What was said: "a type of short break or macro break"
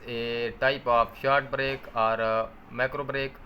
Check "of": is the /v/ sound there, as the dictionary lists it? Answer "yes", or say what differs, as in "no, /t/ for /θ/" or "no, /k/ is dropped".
no, /p/ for /v/